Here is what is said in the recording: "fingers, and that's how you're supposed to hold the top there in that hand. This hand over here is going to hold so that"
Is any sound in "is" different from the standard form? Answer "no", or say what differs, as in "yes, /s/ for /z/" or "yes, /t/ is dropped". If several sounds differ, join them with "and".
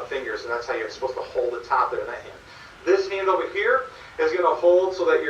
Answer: no